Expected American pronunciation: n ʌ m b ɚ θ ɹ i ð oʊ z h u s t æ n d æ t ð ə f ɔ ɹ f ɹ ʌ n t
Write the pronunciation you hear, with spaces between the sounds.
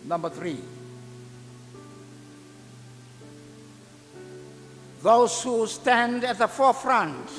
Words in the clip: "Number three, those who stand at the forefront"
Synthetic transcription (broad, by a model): n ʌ m b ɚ θ ɹ i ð oʊ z h u s t æ n d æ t ð ə f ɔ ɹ f ɹ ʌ n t